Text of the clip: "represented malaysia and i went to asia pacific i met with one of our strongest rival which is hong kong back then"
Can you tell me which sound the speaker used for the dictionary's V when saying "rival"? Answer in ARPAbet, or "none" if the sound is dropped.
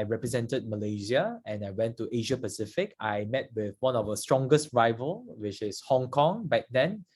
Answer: V